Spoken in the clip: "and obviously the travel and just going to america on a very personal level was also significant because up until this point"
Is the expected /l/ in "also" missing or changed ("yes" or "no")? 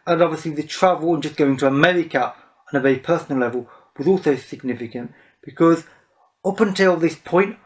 no